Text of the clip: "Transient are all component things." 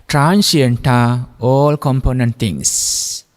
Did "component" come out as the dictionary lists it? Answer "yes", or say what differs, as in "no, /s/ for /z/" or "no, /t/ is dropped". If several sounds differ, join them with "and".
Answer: yes